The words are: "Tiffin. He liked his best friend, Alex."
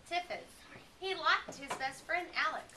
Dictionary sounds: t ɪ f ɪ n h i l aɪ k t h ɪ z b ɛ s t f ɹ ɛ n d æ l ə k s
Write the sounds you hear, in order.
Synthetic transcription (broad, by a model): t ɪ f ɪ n h i l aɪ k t h ɪ z b ɛ s t f ɹ ɛ n d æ l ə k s